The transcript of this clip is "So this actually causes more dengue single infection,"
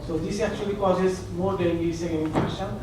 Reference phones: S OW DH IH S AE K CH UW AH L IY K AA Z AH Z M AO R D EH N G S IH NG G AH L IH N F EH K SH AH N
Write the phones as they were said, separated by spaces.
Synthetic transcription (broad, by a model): S OW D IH S AE K CH UW AH L IY K AA Z AH Z M AO R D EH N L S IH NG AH N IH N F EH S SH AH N